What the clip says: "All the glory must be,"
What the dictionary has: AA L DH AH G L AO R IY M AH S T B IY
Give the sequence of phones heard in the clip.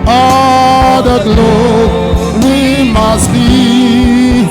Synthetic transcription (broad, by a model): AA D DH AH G L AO W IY M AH S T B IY